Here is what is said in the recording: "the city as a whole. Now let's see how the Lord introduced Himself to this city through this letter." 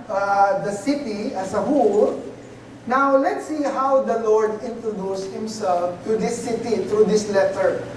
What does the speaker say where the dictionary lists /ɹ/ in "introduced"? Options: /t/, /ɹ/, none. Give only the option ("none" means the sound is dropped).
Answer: /ɹ/